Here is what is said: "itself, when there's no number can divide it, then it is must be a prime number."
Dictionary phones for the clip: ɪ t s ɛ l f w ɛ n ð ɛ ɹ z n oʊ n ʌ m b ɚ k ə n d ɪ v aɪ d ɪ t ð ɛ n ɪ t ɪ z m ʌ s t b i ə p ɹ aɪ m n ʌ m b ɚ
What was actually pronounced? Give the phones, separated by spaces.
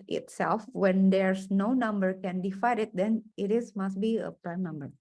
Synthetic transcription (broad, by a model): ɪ t s ɛ l f w ɛ n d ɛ ɹ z n oʊ n ʌ m b ɚ k ə n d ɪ f aɪ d ɪ t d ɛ n ɪ t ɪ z m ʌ s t b i ə p ɹ aɪ m n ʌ m b ɚ